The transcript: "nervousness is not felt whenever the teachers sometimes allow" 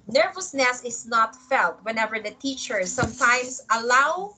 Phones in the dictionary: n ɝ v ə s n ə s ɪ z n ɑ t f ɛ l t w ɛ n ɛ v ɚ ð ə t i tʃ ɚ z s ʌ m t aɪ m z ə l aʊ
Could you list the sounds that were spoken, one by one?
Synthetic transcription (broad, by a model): n ɝ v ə s n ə s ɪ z n ɑ t f ɛ l t w ɛ n ɛ v ɚ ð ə t i tʃ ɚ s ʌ m t aɪ m s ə l aʊ